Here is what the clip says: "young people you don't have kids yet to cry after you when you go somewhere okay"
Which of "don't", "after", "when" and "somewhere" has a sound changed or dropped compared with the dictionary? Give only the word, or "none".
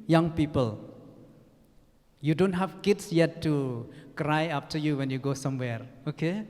after